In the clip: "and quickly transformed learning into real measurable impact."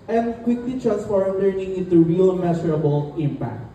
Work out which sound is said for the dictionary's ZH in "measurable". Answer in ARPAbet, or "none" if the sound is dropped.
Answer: S